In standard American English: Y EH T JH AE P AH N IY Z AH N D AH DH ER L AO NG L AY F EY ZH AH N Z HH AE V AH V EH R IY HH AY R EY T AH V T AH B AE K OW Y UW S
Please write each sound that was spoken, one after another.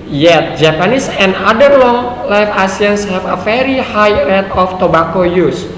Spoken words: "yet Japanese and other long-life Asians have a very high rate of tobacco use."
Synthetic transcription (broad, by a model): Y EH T JH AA P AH N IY S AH N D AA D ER L AO NG L AY F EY S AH N S HH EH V AH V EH R IY HH AY R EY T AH F T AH B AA K OW Y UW S